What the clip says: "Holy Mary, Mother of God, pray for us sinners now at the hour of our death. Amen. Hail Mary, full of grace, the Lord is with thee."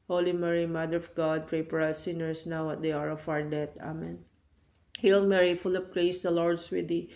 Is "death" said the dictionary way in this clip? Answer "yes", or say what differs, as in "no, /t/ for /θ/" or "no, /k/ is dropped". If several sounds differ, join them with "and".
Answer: no, /t/ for /θ/